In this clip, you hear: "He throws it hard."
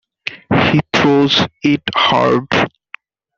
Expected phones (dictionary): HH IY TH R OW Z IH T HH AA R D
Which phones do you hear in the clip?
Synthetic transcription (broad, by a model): HH IY T R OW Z IH T HH AA R D